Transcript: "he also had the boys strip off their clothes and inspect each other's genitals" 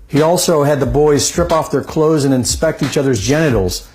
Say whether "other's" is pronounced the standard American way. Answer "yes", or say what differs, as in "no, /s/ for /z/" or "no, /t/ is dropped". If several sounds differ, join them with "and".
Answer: yes